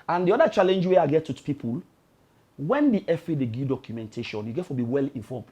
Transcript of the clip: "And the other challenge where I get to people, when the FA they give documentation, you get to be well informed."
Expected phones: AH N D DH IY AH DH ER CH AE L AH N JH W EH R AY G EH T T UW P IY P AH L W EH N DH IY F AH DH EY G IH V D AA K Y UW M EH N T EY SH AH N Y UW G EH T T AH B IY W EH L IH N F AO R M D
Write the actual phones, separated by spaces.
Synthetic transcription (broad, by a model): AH N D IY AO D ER CH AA L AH N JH W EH AY G EH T T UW P IY P AH L W EH N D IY F AH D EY G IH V D AA K Y UW M EH N T EY SH AH N Y UW G EH T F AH B IY W EH L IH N F AO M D